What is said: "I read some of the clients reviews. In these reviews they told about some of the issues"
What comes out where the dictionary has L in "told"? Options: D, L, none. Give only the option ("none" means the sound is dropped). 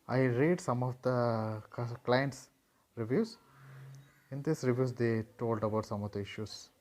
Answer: L